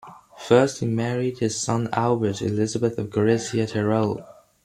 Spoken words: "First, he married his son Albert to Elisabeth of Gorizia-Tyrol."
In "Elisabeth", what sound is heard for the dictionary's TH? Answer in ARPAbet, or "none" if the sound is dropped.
TH